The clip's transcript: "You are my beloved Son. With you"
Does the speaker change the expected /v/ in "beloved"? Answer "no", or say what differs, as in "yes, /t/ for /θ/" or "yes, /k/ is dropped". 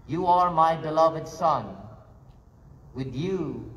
no